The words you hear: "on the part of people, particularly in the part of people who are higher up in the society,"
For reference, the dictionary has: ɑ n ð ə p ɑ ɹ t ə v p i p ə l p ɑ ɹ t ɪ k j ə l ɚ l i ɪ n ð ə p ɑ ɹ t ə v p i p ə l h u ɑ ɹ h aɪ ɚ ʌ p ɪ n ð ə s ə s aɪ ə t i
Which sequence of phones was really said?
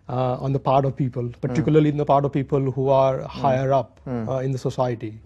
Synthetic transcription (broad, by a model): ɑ n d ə p ɑ ɹ t ə v p i p ə l p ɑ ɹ t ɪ k j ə l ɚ l i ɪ n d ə p ɑ ɹ t ə v p i p ə l h u ɑ ɹ h aɪ ɚ ʌ p ɪ n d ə s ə s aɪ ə t i